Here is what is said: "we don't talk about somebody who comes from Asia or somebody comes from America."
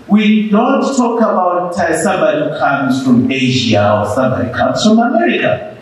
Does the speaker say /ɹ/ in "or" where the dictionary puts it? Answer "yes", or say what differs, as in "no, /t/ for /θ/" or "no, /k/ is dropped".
no, /l/ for /ɹ/